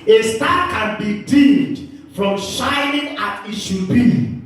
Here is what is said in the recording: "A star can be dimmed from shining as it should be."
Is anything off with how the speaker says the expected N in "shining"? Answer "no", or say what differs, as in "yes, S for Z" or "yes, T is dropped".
no